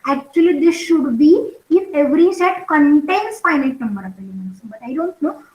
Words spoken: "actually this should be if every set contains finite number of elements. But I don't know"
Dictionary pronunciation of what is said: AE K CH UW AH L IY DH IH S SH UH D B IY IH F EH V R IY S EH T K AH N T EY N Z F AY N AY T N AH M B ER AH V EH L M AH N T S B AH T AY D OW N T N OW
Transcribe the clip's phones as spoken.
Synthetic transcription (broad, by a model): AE K CH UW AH L IY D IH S SH UH D B IY IH F EH V R IY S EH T K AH N T EY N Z F AY N AY T N AH M B ER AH P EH M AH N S B AH T AY D OW N T N OW